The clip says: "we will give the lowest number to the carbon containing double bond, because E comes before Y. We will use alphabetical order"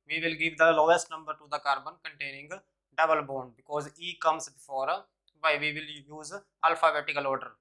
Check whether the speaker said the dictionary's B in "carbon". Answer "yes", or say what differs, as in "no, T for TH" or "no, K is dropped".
yes